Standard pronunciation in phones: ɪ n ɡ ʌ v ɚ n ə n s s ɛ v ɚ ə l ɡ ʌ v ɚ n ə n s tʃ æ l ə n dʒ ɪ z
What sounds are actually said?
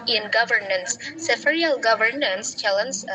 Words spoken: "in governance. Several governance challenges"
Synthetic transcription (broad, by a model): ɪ n ɡ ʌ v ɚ n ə n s s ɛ f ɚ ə l ɡ ʌ v ɚ n ə n s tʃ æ l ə n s